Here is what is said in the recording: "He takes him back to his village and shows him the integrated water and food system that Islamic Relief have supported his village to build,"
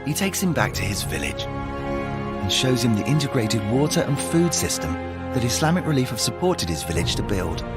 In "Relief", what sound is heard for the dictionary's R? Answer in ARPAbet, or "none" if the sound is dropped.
R